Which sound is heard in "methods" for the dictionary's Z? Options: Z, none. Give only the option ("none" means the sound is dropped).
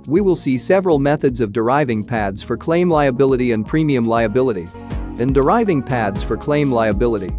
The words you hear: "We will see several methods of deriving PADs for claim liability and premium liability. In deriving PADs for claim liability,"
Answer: Z